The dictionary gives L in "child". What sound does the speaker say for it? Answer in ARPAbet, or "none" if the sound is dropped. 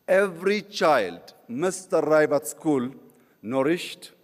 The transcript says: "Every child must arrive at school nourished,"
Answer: L